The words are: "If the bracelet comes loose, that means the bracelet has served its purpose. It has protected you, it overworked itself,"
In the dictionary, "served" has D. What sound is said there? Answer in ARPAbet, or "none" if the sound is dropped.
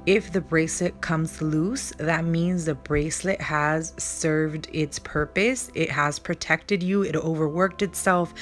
D